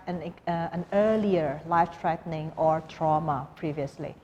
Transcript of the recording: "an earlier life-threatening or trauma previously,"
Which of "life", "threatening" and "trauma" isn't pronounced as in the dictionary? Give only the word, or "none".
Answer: threatening